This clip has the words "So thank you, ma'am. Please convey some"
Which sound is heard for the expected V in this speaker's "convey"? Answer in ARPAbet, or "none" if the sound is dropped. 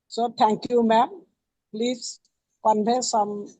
B